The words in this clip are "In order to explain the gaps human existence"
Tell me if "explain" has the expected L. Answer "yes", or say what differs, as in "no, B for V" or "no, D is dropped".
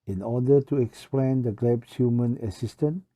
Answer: yes